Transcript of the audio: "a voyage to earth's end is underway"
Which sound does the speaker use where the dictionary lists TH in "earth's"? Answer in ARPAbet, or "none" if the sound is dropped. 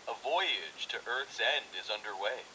TH